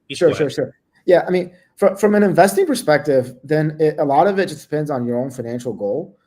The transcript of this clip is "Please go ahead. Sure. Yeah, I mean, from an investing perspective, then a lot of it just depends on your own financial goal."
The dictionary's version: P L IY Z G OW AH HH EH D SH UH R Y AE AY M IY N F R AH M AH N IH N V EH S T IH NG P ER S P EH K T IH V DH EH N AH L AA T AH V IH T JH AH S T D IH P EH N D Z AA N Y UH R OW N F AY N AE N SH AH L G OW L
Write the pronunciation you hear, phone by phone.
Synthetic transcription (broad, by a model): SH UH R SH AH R SH UH R Y AE AY M IY N F R AH M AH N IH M V EH S T IH NG P ER S P EH K T IH V DH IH N AH L AA T AH V IH T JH AH S D IH P EH N D Z N Y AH R OW N F AY N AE N SH L G OW L